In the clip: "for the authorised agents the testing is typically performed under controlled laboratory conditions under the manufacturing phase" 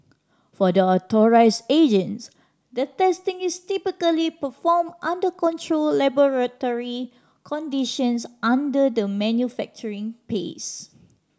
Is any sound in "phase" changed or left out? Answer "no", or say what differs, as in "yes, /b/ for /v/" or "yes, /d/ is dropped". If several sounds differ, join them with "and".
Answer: yes, /p/ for /f/ and /s/ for /z/